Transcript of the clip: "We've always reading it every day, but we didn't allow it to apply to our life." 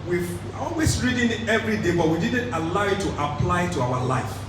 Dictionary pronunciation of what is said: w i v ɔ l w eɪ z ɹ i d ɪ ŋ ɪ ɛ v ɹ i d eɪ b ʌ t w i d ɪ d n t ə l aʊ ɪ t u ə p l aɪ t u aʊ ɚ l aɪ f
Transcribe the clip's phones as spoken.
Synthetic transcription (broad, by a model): w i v ɔ l w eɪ s ɹ i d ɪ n ɛ v ɹ i d eɪ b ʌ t w i d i d n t ə l aʊ ɪ t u ə p l aɪ t u aʊ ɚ l aɪ f